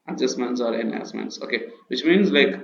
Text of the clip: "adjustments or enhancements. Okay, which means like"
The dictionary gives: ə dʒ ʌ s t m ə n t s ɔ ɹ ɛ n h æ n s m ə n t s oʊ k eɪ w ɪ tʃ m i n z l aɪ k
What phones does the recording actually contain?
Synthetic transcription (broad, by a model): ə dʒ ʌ s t m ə n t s ɔ ɹ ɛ n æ s m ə n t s oʊ k eɪ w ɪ tʃ m i n z l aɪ k